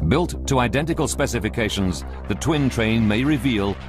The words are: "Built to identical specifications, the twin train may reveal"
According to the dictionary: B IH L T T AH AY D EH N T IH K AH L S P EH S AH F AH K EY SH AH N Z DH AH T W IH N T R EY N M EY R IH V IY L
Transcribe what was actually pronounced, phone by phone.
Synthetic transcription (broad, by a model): B IH L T T AH AY D EH N T IH K AH L S P EH S AH F AH K EY SH AH N Z DH AH T W IH N T R EY N M EY R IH V IY L